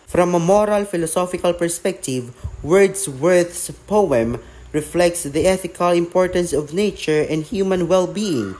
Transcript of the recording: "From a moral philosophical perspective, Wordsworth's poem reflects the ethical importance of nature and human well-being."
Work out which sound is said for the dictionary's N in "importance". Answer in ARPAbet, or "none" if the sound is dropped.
N